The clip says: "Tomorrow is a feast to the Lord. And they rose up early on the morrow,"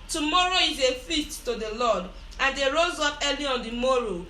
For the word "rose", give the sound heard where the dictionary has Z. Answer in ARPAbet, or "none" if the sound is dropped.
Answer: Z